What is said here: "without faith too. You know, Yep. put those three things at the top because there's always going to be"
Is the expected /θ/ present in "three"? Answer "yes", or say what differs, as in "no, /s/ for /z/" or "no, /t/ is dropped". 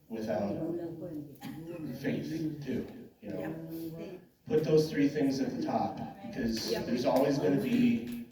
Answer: yes